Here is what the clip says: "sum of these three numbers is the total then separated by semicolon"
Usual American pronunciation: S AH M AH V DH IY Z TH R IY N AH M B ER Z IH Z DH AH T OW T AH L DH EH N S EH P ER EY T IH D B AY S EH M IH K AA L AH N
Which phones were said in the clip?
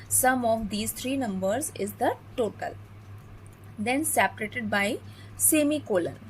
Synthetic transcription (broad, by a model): S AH M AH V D IY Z T R IY N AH M B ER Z IH Z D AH T OW T AH L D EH N S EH P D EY T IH D B AY S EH M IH K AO L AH N